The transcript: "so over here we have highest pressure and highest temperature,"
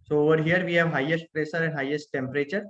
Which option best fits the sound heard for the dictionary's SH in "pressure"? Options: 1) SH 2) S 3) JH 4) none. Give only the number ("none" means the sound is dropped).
2